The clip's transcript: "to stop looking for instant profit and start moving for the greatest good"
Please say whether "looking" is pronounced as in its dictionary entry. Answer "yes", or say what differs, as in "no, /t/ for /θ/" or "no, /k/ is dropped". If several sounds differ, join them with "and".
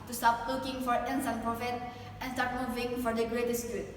no, /w/ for /l/